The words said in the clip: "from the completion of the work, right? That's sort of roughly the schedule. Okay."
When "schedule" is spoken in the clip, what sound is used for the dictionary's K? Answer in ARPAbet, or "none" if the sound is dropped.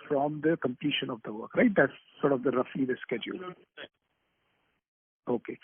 K